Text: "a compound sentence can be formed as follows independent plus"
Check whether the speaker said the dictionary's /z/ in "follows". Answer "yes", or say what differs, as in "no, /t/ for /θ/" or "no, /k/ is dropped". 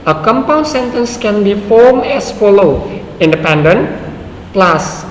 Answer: no, /z/ is dropped